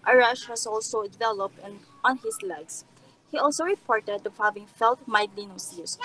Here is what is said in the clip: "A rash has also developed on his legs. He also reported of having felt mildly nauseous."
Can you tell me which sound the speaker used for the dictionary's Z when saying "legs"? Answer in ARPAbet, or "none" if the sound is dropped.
S